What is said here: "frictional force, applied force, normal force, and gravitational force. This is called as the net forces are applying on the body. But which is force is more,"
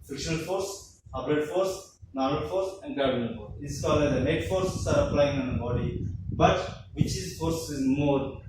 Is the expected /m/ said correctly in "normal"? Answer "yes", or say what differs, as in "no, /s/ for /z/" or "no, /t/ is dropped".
no, /m/ is dropped